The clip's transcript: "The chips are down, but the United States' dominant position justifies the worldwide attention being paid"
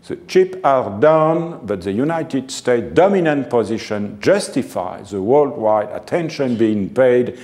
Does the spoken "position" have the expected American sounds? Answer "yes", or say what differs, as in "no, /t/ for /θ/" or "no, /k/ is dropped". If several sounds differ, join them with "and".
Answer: yes